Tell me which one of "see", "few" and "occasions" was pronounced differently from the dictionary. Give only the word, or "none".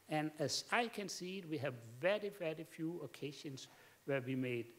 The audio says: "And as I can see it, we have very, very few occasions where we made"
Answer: occasions